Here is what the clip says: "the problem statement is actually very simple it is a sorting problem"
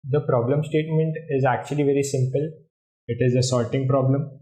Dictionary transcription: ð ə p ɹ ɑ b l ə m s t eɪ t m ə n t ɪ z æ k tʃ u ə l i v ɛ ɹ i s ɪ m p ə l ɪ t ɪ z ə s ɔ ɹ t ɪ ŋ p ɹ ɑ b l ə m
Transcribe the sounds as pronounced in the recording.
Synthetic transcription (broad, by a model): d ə p ɹ ɑ b l ə m s t eɪ t m ə n t ɪ z æ k tʃ u ə l i v ɛ ɹ i s ɪ m p ə l ɪ t ɪ z ə s ɔ l t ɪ ŋ p ɹ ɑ b l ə m